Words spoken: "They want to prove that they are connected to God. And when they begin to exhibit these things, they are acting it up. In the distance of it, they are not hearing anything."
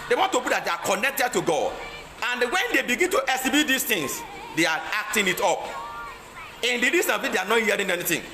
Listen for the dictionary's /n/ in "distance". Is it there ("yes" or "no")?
no